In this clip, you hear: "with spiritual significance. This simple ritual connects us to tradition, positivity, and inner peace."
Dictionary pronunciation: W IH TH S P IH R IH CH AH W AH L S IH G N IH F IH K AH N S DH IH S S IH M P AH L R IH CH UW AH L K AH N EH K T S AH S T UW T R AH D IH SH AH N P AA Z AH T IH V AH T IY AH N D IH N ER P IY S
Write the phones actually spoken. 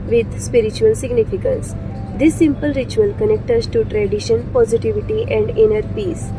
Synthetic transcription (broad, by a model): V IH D S P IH R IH CH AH AH L S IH G N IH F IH K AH N S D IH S S IH M P AH L R IH CH UW AH L K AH N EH K T AH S T UW T R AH D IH SH AH N P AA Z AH T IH V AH T IY AH N D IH N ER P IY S